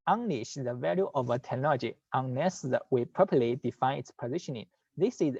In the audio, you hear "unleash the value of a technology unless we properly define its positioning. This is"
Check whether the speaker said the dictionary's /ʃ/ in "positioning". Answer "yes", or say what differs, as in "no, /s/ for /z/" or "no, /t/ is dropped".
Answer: yes